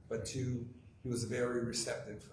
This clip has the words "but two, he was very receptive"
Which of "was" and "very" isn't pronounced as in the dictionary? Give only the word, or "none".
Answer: none